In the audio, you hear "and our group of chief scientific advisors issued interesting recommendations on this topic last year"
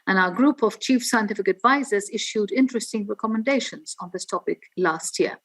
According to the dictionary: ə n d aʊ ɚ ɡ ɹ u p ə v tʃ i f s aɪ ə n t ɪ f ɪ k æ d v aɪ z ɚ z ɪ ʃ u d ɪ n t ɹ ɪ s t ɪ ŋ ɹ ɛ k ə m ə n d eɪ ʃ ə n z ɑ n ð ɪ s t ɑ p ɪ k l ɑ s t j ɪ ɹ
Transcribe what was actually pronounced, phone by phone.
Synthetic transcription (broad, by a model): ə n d aʊ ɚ ɡ ɹ u p ə v tʃ i f s aɪ ə n t ɪ f ɪ k æ d v aɪ z ɚ z ɪ ʃ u d ɪ n t ɹ ɪ s t ɪ ŋ ɹ ɛ k ə m ə n d eɪ ʃ ə n z n ð ɪ s t ɑ p ɪ k l ɑ s t j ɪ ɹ